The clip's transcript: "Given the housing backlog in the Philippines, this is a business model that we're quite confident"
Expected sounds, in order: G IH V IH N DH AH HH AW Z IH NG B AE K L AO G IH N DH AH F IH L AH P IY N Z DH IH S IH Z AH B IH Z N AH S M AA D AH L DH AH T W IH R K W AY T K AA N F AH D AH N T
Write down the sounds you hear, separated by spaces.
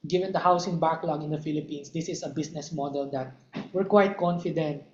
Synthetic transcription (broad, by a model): G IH V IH N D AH HH AW S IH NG B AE K L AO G IH N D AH F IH L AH P IY N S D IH S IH S AH B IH S N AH S M AA D AH L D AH T W IH R K W AY T K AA N F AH D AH N T